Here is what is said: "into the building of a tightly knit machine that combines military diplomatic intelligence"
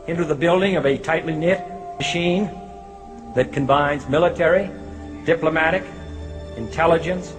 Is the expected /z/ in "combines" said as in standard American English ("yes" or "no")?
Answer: yes